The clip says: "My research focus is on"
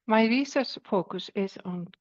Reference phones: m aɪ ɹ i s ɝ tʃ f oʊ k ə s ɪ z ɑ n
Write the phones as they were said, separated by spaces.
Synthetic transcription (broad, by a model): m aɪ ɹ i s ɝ s f oʊ k ə s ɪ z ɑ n